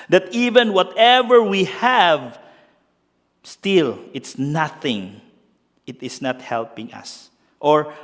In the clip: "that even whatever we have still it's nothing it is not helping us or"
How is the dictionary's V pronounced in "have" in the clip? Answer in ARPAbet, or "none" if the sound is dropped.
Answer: V